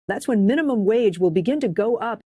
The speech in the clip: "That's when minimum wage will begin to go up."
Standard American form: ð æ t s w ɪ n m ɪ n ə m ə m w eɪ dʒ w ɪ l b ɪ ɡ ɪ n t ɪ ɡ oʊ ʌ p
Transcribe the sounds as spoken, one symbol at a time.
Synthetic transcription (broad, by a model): ð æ t s w ɪ n m ɪ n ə m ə m w eɪ dʒ w ɪ l b ɪ ɡ ɪ n t ɪ ɡ oʊ ʌ p